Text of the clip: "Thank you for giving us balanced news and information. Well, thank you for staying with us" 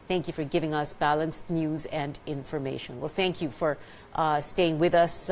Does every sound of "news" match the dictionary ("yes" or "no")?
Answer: yes